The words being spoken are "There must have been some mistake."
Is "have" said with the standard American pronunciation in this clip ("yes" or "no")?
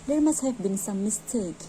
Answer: no